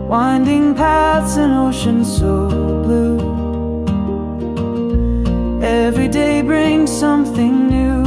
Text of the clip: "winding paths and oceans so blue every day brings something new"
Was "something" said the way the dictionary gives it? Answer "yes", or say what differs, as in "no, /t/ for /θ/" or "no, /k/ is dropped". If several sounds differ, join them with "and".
yes